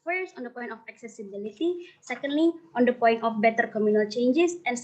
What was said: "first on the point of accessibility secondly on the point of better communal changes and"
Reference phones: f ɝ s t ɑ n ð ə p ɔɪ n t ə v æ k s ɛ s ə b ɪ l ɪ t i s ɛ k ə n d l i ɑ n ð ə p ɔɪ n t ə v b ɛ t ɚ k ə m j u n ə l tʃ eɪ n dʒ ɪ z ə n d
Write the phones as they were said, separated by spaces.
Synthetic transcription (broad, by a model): f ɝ s t ɑ n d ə p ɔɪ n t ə f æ k s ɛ s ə b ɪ l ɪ t i s ɛ k ə n d l i ɑ n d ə p ɔɪ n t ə f b ɛ t ɚ k ə m j u n ə l tʃ eɪ n dʒ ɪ s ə n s